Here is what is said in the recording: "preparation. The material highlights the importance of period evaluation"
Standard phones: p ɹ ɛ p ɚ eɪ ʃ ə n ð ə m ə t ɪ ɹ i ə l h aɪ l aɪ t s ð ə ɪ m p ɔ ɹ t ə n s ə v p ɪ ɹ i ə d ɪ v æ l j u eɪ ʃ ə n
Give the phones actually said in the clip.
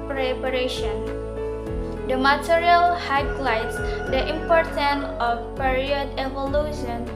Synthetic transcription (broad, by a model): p ɹ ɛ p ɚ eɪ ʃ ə n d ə m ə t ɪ ɹ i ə l h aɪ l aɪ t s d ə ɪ m p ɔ ɹ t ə n ə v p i ɹ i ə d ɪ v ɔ l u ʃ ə n